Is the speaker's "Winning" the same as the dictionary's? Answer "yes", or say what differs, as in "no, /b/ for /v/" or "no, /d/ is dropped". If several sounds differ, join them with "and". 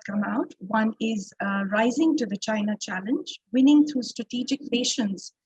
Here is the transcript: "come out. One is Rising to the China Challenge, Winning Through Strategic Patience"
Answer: yes